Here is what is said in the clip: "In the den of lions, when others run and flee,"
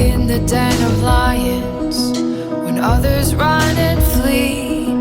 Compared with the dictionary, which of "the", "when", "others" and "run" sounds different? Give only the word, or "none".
none